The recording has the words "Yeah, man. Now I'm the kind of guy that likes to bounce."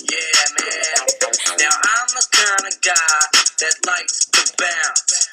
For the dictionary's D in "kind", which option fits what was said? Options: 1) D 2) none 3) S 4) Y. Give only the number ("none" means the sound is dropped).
2